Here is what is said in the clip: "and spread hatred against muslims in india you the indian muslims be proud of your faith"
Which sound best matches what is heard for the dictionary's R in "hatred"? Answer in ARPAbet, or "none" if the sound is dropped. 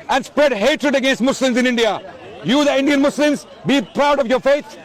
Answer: R